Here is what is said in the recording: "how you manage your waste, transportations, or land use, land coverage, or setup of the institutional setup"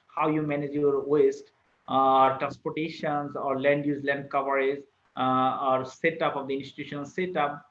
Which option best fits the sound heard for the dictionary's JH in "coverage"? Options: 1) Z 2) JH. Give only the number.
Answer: 1